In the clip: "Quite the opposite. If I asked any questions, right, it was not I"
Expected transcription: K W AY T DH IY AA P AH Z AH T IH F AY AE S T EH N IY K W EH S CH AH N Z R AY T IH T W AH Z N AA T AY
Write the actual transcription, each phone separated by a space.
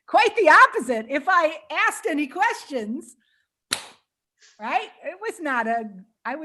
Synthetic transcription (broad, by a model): K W AY T DH IY AA P AH Z AH T IH F AY AE S T EH N IY K W EH S CH AH N Z R AY T IH T W AH Z N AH T AY